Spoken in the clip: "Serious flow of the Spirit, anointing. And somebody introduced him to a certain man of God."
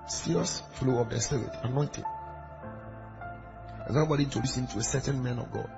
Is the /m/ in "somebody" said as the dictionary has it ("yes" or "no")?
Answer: no